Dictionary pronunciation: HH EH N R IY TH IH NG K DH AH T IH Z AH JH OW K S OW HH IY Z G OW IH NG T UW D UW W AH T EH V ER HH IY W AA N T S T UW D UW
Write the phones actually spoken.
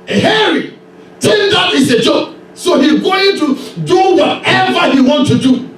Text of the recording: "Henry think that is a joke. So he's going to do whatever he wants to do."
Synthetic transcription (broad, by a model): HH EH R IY T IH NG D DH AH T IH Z AH JH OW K S OW HH IY Z G OW IH NG T UW D UW W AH T EH V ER HH IY W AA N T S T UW D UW